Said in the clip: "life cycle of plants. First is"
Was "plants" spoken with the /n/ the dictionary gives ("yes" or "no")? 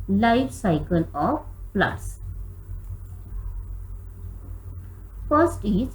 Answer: no